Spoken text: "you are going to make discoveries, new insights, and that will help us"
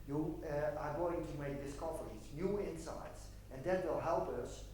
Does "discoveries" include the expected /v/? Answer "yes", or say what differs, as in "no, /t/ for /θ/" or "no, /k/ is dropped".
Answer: no, /f/ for /v/